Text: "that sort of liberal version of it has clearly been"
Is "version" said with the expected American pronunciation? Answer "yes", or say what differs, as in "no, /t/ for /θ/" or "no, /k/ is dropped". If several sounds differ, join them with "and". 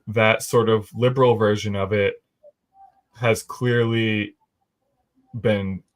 yes